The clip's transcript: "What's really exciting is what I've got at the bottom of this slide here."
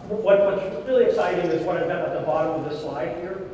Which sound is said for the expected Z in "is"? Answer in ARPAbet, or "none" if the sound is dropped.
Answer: Z